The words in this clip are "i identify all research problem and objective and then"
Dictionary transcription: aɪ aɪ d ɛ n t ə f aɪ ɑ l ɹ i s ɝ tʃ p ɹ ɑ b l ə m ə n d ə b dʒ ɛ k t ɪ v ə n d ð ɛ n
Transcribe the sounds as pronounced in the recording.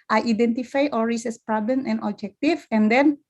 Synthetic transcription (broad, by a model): aɪ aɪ d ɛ n t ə f aɪ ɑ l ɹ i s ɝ s p ɹ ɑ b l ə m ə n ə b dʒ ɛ k t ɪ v ə n d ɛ n